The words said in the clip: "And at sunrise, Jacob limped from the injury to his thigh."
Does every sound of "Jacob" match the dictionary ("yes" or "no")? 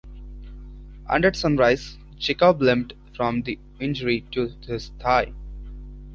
no